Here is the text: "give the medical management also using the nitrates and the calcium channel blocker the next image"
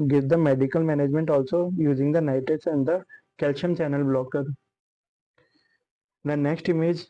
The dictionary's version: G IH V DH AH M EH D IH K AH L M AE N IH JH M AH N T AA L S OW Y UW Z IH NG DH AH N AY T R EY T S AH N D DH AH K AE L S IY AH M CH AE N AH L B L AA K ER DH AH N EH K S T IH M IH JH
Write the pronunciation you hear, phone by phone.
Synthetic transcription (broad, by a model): G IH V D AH M EH D IH K AH L M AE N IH JH M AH N T AA L S OW Y UW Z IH NG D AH N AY T EY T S AH N D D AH K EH L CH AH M CH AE N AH L B L AA K ER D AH N EH K S T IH M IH JH